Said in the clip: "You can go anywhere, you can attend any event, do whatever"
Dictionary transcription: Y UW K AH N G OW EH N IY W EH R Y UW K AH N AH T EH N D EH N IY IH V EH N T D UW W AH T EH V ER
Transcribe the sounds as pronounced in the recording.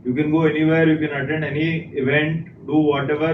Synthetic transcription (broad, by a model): Y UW K AH N G OW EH N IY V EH R Y UW K AH N AH T EH N D EH N IY IH V EH N T D UW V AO T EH V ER